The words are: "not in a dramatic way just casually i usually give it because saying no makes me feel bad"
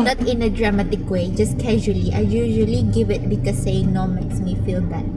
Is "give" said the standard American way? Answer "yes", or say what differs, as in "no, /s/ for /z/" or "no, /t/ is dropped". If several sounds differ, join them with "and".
yes